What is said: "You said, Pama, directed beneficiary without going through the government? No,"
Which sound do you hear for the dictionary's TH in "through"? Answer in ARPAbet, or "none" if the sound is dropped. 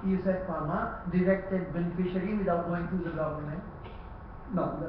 T